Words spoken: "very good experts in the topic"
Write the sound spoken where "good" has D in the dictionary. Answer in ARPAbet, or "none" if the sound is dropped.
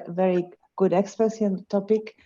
D